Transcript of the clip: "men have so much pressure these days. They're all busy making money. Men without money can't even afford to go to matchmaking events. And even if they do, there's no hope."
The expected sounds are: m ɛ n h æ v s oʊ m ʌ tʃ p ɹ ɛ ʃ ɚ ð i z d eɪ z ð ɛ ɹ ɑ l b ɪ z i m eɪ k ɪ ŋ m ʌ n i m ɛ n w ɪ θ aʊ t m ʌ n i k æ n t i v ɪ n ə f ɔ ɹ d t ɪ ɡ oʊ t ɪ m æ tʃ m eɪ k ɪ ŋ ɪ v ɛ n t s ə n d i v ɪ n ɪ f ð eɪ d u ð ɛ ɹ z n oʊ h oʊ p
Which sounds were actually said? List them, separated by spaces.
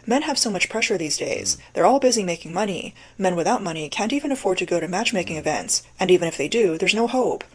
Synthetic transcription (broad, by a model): m ɛ n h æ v s oʊ m ʌ tʃ p ɹ ɛ ʃ ɚ ð i z d eɪ z ð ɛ ɹ ɑ l b ɪ z i m eɪ k ɪ ŋ m ʌ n i m ɛ n w ɪ θ aʊ t m ʌ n i k æ n t i v ɪ n ə f ɔ ɹ d t ɪ ɡ oʊ t ɪ m æ tʃ m eɪ k ɪ ŋ ɪ v ɛ n t s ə n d i v ɪ n ɪ f ð eɪ d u ð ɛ ɹ z n oʊ h oʊ p